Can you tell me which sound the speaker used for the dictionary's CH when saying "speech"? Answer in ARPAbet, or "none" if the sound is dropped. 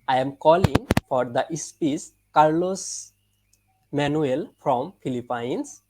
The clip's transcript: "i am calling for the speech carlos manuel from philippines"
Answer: S